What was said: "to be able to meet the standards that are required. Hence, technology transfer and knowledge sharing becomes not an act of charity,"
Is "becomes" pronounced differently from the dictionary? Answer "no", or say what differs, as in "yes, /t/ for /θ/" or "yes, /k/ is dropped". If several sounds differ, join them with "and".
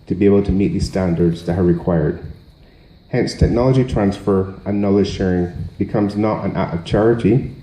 no